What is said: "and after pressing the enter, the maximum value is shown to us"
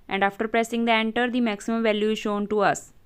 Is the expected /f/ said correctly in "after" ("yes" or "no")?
yes